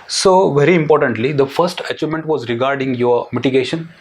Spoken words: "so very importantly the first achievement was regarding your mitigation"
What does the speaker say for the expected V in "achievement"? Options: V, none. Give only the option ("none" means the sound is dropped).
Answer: none